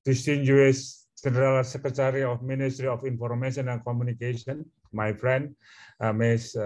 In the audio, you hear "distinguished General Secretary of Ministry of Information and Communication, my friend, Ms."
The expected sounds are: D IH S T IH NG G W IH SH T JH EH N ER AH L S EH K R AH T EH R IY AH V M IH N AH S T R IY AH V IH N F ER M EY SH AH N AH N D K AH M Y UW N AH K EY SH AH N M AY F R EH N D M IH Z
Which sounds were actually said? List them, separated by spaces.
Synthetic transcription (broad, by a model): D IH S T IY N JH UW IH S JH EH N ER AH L S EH K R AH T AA R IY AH F M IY N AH S T R IY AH F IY N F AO M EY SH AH N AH N K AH M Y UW N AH K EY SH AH N M AY F R EH N D M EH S